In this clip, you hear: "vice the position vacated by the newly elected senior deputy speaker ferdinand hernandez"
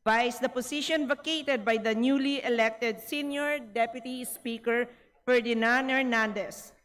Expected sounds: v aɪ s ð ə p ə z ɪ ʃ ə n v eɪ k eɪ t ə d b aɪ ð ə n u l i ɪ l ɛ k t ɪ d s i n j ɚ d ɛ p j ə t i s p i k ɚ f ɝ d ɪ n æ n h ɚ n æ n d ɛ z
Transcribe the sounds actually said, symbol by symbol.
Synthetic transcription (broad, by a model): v aɪ s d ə p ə s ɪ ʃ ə n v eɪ k eɪ t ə d b aɪ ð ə n u l i ɪ l ɛ k t ɪ d s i n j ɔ d ɛ p j ə t i s p i k ɚ f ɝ d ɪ n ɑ n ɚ n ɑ n d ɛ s